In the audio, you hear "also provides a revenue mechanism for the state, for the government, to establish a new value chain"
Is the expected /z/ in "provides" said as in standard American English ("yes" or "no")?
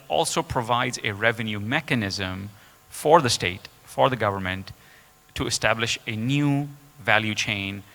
yes